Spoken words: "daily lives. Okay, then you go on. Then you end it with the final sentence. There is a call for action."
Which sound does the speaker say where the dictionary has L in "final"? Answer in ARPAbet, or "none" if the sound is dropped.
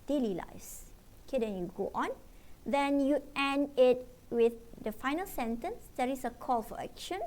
L